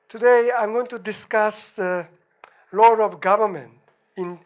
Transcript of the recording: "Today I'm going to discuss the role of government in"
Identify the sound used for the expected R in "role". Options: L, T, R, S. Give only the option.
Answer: L